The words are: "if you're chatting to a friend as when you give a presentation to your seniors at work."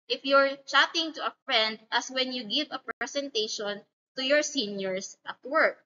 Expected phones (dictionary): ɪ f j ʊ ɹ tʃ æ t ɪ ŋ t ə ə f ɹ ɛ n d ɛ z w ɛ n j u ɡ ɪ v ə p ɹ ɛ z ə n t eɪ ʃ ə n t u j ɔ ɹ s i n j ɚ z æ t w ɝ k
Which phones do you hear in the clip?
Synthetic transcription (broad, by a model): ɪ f j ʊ ɹ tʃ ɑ t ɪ ŋ t ə ə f ɹ ɛ n d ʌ s w ɛ n j u ɡ ɪ v ə p ɹ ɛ s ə n t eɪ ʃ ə n t u j ɔ ɹ s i n j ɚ s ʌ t w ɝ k